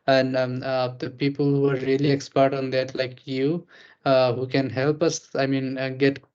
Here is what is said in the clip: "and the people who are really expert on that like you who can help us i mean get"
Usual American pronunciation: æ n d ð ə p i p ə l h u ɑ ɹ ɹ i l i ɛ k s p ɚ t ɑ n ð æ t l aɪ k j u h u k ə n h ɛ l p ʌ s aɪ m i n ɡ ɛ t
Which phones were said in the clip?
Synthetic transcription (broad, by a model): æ n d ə p i p ə l h u ɑ ɹ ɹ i l i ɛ k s p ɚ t ɑ n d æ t l aɪ k j u h u k ə n h ɛ l p ʌ s aɪ m i n ɡ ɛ t